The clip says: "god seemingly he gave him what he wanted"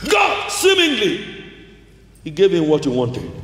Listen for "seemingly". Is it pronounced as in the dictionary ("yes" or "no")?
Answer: yes